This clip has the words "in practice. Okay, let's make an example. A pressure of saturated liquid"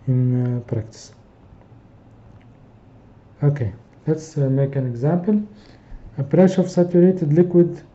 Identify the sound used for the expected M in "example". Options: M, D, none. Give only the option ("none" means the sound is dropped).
M